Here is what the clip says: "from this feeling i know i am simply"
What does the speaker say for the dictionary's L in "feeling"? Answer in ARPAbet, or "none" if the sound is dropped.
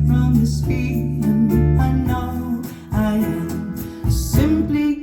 N